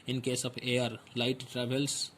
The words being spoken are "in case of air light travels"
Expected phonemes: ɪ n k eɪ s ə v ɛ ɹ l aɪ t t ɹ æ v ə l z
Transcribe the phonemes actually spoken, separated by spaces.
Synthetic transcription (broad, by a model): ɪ n k eɪ s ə p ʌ ɹ l aɪ t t ɹ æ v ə l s